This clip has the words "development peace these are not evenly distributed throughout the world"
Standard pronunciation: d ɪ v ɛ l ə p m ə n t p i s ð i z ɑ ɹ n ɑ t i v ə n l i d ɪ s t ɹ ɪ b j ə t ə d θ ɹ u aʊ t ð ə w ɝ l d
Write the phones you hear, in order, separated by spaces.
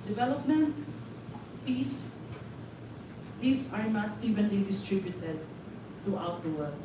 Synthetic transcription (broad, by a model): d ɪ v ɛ l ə p m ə n t p i s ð i s ɑ ɹ n ɑ t i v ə n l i d ɪ s t ɹ ɪ b j ə t ə d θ ɹ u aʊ t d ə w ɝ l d